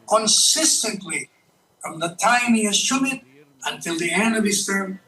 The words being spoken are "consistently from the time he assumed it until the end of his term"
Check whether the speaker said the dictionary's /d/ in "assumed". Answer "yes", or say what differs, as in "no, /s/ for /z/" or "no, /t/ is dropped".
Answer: no, /d/ is dropped